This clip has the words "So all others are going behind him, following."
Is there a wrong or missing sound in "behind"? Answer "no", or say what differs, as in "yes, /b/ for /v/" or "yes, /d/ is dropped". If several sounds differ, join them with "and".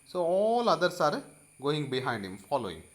no